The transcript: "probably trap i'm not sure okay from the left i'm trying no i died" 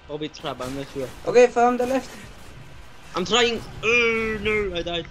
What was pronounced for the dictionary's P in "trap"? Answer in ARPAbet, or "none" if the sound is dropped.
B